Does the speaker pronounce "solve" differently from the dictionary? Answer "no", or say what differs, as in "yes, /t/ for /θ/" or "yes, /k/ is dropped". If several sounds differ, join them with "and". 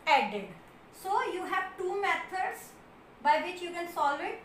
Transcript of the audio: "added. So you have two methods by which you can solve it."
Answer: yes, /v/ is dropped